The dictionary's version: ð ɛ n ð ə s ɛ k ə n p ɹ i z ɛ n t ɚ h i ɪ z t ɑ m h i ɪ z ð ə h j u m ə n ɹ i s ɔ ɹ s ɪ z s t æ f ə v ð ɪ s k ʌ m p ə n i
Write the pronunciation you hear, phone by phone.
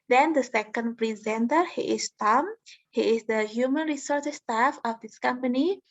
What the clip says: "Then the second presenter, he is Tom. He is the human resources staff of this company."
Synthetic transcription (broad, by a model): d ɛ n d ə s ɛ k ə n p ɹ i z ɛ n t ɚ h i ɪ s t ɑ m h i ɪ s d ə h j u m ə n ɹ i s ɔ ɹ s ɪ s t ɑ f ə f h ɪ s k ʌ m p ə n i